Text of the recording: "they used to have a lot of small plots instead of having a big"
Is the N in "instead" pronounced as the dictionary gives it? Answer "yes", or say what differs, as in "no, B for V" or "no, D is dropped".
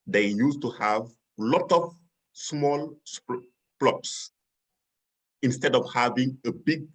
yes